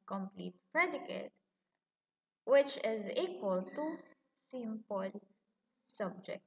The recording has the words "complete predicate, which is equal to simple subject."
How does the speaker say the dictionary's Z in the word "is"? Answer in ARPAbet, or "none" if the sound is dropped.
Z